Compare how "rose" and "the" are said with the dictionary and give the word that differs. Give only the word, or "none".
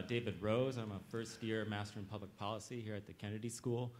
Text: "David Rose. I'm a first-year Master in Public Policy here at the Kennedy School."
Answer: none